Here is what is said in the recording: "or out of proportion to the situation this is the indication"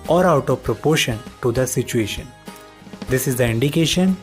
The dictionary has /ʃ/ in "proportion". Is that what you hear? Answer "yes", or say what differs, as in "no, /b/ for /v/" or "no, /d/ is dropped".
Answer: yes